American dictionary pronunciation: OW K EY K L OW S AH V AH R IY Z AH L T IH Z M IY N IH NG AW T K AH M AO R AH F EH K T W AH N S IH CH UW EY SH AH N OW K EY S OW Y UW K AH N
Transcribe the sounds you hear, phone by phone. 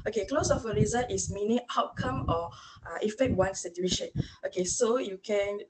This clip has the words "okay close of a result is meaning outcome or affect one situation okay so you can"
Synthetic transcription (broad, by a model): OW K EY K L OW S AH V AH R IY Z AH T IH S M IY N IH NG AW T K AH M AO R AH F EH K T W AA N S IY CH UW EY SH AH N OW K EY S OW Y UW K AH N